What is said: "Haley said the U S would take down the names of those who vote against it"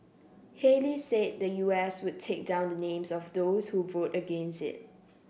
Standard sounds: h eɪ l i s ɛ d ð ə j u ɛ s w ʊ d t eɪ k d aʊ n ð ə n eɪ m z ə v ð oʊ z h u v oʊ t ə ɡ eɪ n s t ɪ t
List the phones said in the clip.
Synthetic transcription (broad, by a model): h eɪ l i s ɛ d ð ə j u ɛ s w ʊ d t eɪ k d aʊ n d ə n eɪ m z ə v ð oʊ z h u v oʊ t ə ɡ eɪ n s t ɪ t